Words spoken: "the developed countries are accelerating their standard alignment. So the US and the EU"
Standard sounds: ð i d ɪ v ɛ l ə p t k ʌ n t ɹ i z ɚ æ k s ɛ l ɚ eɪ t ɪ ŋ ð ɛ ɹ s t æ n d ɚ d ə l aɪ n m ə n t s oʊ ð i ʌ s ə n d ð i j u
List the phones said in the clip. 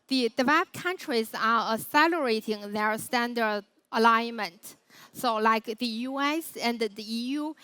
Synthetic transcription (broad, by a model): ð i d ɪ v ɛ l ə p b k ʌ n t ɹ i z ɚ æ s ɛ l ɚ eɪ t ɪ ŋ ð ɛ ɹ s t æ n d ɚ d ə l aɪ n m ə n t s oʊ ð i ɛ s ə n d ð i j u